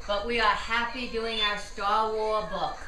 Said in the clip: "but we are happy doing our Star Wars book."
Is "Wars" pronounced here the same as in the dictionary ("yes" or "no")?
no